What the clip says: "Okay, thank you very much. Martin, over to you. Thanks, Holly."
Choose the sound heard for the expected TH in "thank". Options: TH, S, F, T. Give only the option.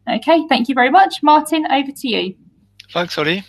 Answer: TH